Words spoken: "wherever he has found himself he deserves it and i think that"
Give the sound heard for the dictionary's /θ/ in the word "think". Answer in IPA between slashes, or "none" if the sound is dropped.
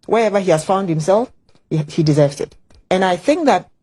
/θ/